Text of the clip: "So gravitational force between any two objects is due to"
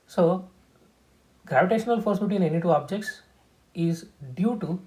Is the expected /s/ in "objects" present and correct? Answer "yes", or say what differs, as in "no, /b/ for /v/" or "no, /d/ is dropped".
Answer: yes